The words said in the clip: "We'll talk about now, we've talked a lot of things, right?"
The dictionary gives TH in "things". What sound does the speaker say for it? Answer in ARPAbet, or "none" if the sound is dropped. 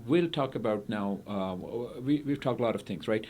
TH